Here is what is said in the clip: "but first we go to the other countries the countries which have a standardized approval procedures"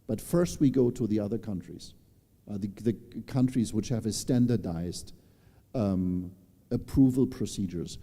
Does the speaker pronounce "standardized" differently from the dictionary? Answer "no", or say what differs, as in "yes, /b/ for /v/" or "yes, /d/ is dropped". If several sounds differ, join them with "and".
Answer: no